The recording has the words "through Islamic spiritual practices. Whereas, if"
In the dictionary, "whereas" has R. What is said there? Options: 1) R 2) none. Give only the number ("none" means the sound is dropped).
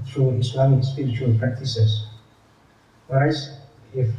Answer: 2